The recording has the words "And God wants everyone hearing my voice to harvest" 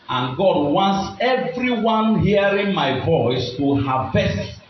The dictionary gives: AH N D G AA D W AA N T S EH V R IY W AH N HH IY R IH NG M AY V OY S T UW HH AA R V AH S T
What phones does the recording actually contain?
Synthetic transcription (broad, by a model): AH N G AA D W AA N T S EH V R IY W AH N HH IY R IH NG M AY V OY S T UW HH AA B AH S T